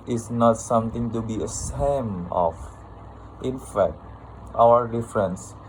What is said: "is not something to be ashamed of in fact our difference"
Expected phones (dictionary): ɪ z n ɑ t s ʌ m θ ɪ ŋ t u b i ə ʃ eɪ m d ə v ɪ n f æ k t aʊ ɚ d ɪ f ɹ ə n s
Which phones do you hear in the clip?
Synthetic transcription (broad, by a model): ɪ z n ɑ t s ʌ m t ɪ ŋ t u b i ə s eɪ m ə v ɪ n f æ k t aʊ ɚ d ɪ f ɹ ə n s